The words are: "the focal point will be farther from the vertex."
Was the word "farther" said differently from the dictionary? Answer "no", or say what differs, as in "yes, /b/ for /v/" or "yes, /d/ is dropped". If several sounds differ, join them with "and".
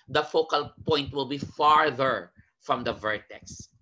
no